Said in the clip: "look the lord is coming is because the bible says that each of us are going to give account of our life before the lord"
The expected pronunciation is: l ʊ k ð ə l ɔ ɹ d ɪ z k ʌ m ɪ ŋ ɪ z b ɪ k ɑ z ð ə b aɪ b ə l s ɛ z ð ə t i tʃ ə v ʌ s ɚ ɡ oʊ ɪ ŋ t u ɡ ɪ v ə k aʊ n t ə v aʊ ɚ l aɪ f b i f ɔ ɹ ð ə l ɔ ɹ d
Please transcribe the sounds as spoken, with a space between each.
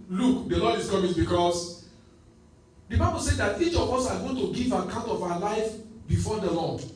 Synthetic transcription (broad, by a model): l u k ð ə l ɔ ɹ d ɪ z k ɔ m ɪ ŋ b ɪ k ɑ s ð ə b aɪ b ə l s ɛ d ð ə t i tʃ ə v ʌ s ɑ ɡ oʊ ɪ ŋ t u ɡ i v ə k aʊ n t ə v aʊ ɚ l aɪ f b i f ɔ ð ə l ɔ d